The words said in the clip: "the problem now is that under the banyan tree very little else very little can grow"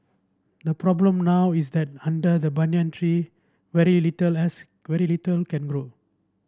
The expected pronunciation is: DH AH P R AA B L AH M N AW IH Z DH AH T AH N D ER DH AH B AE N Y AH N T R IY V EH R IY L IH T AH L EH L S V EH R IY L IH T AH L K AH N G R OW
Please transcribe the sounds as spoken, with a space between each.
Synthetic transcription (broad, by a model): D AH P R AA B L AH M N AW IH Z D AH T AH N D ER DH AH B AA N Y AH N T R IY V EH R IY L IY T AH L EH S V EH R IY L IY T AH L K AH N G R OW